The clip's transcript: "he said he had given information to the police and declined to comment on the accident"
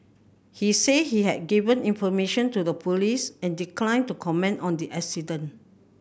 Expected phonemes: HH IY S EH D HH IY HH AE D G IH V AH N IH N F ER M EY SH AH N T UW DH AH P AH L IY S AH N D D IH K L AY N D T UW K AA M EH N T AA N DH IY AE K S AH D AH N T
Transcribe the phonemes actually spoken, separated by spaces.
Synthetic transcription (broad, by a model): HH IY S EH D HH IY HH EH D G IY V AH N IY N F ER M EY SH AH N T UW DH AH P AH L IY S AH N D D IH K L AY N T UW K AA M EH N T AA N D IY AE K S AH D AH N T